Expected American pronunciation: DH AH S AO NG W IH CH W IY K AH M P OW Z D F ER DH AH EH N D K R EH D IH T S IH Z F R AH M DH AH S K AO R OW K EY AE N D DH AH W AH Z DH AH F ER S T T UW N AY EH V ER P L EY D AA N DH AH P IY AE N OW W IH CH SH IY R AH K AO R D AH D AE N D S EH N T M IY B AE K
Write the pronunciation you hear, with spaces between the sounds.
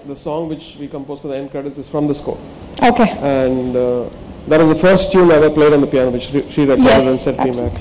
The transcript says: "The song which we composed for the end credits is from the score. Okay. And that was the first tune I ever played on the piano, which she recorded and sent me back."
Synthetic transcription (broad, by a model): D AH S AO NG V IH CH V IY K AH M P OW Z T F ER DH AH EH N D K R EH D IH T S IH Z F R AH M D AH S K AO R OW K EY AE N D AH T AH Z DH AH F ER S T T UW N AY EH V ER P L EY D AA N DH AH P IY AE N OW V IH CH SH IY R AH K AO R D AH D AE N S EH T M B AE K